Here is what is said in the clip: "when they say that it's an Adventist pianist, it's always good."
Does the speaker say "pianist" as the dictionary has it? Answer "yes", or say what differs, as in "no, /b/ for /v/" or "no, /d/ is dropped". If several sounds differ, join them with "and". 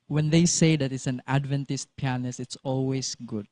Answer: no, /t/ is dropped